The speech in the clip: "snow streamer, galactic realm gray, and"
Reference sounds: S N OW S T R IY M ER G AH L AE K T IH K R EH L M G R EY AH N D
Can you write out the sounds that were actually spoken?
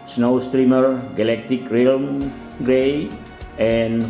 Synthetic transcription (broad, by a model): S N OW S T R IY M ER G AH L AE K T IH K R EH L M G R EY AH N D